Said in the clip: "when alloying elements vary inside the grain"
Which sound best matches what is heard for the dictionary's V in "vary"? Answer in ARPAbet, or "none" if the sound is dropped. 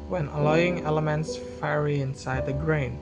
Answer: F